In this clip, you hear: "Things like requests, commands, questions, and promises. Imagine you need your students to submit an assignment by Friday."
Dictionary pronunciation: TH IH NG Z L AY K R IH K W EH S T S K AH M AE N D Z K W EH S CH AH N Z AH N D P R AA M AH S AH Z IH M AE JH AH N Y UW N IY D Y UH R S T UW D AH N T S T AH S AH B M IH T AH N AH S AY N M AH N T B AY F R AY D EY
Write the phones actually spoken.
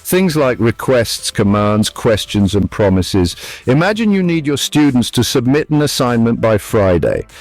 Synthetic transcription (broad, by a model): TH IH NG Z L AY K R IH K W EH S T S K AH M AE N D Z K W EH S CH AH N Z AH N P R AA M AH S AH Z IH M AE JH AH N Y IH N IY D Y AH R S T UW D N T S T AH S AH B M IH T AH N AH S AY N M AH N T B AY F R AY D EY